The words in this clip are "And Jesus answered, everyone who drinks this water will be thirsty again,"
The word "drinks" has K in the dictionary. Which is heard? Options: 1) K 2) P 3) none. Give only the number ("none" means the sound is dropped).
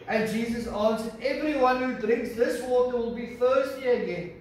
1